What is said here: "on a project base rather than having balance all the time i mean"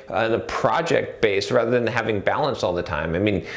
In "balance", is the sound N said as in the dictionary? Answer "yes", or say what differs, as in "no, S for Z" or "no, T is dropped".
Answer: yes